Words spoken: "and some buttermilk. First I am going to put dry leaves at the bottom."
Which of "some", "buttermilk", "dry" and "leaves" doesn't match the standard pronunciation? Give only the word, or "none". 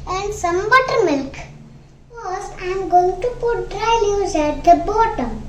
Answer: leaves